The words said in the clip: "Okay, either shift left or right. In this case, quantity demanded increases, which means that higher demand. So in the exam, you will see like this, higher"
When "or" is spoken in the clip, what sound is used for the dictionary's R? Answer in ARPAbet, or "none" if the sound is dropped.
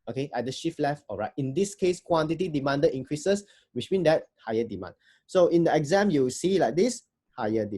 L